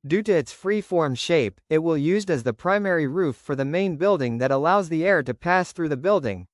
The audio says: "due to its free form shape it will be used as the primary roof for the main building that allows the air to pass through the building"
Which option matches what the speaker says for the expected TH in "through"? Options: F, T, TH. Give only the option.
TH